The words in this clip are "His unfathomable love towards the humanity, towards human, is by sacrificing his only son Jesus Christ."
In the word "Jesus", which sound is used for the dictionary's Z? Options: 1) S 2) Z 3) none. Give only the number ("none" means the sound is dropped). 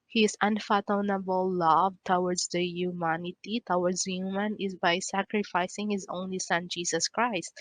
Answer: 1